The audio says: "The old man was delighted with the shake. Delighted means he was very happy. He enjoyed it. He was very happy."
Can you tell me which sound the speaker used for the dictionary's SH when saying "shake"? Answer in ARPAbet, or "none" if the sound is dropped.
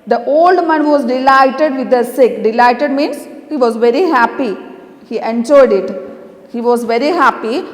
S